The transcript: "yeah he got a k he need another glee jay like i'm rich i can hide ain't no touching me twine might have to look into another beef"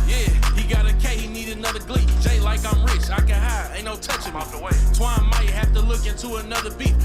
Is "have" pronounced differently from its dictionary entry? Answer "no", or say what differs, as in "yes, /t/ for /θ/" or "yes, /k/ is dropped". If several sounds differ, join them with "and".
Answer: yes, /f/ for /v/